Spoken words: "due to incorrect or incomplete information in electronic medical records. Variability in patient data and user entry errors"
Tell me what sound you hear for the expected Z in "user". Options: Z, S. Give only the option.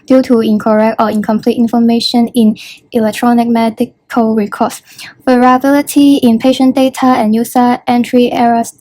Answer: S